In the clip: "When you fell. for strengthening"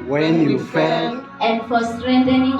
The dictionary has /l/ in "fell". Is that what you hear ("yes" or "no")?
no